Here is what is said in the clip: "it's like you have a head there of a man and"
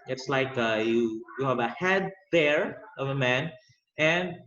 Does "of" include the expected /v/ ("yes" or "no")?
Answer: yes